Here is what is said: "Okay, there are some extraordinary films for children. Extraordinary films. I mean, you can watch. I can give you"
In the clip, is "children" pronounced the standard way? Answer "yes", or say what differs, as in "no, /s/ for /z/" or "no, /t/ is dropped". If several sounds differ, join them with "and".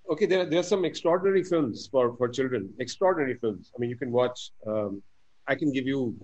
yes